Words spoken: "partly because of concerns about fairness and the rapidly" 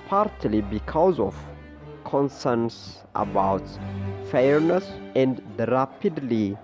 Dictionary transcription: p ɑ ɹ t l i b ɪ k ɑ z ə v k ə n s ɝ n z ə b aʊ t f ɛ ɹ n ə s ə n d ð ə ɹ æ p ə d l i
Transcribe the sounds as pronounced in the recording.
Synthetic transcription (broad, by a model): p ɑ ɹ t l i b ɪ k ɑ z ə v k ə n s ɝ n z ə b aʊ t f ɛ ɹ n ə s ə n d ɹ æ p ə d l i